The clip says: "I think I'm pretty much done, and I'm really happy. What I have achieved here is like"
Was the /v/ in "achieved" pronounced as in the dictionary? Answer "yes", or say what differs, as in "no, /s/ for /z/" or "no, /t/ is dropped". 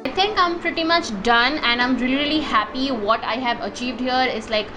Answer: yes